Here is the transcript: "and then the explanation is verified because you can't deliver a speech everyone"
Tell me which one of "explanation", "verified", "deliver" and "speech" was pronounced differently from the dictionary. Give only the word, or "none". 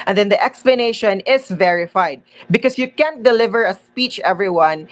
none